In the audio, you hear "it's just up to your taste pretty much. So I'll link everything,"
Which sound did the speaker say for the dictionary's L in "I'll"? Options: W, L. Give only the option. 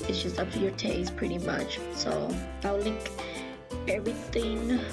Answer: W